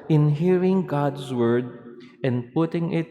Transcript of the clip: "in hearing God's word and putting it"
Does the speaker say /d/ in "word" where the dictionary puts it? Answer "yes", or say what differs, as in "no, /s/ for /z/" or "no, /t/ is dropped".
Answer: yes